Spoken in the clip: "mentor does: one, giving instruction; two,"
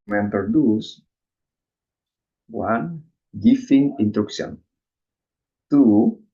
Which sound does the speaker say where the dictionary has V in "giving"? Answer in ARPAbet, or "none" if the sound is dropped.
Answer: F